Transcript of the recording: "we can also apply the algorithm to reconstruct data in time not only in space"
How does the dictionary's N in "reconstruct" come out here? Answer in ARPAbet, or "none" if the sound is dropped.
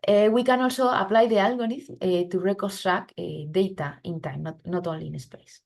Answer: none